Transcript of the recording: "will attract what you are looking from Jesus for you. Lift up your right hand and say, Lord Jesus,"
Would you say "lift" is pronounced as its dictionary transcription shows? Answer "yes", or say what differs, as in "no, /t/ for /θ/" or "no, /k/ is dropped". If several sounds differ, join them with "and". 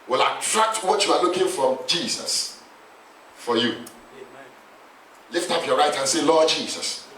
yes